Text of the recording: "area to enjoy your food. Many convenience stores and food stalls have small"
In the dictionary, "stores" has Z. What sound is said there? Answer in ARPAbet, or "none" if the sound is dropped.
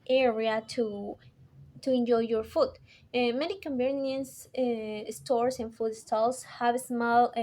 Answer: S